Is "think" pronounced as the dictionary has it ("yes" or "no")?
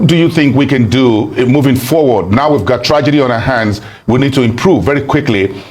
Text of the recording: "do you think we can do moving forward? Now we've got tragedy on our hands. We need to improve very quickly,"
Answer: yes